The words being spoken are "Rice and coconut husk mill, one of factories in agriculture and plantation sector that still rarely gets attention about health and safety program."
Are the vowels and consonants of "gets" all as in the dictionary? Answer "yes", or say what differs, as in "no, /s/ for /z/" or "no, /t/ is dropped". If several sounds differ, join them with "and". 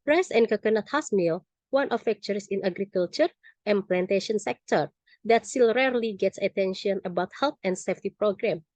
yes